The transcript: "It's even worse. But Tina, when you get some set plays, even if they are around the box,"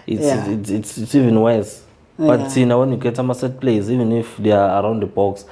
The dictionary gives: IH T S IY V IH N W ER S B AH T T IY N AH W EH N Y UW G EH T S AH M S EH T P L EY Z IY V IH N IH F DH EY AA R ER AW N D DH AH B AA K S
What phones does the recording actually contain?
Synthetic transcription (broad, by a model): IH T S IY V IH N W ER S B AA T T IY N AH W EH N Y UW G EH T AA M S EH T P L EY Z IY V IH N IH F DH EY AA R AW N D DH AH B AA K S